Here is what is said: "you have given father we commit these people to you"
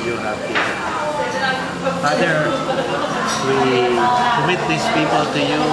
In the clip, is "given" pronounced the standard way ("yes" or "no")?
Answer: no